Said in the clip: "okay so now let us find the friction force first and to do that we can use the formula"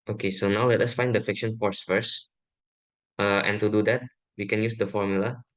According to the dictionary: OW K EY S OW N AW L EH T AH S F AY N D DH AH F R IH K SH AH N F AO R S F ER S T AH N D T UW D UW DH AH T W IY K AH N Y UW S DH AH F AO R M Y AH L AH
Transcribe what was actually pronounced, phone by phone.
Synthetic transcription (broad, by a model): OW K EY S OW N AW L EH T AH S F AY N D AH F IH K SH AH N F AO R S F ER S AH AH N T UW D UW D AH T W IY K AH N Y UW S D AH F AO R M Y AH L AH